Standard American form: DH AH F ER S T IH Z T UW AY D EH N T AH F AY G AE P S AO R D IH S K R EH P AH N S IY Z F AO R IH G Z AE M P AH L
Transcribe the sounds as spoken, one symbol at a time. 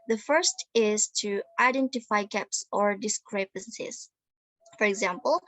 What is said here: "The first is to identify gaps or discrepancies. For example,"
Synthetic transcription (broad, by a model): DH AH F ER S T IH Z T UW AY D EH N T AH F AY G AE P S AO R D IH S K R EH P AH N S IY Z F AO R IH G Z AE M P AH L